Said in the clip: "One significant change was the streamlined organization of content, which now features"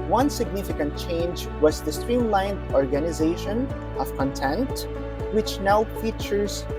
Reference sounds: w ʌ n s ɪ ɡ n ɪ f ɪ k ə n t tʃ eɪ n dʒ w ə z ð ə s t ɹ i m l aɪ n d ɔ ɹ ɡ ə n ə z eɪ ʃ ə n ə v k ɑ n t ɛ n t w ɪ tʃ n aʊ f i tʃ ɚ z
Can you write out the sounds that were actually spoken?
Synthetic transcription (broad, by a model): w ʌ n s ɪ ɡ n ɪ f ɪ k ə n t tʃ eɪ n dʒ w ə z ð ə s t ɹ i m l aɪ n d ɔ ɹ ɡ ə n ə z eɪ ʃ ə n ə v k ɑ n t ɛ n t w ɪ tʃ n aʊ f i tʃ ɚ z